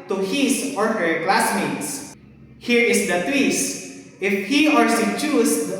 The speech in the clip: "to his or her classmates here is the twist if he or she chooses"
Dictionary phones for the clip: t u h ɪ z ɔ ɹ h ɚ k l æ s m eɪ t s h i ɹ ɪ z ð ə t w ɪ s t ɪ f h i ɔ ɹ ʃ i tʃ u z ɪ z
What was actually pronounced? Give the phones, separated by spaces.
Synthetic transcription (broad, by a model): t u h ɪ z ɔ ɹ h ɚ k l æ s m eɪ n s h i ɹ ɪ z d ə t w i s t ɪ f h i ɔ ɹ s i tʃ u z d